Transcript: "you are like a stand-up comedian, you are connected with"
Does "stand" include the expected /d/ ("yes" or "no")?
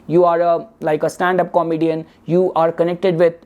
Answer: yes